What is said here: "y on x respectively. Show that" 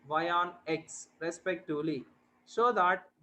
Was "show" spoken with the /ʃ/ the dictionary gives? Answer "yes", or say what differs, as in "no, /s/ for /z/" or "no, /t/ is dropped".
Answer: no, /s/ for /ʃ/